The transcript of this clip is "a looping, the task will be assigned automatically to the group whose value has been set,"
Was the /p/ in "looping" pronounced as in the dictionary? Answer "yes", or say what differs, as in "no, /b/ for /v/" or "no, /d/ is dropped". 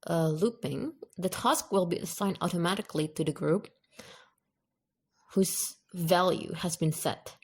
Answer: yes